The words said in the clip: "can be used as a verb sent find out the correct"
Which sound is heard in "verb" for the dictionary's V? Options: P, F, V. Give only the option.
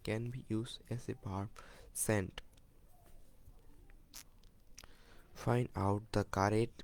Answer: P